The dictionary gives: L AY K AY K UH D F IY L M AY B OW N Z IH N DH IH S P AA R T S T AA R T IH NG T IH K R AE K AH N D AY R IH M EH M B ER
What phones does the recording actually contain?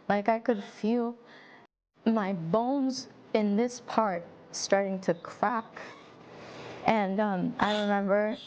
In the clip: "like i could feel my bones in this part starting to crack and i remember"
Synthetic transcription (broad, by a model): L AY K AY K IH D F IY L M AY B OW N Z IH N DH IH S P AA R T S T AA R T IH NG T IH K R AE K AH N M AY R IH M EH M B ER